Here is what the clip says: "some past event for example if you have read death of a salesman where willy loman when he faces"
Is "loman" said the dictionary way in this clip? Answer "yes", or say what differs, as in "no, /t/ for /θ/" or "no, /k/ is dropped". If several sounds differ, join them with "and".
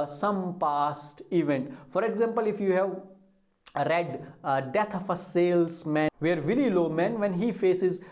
yes